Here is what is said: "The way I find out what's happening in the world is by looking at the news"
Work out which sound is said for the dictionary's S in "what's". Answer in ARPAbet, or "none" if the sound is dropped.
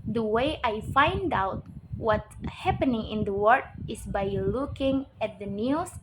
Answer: none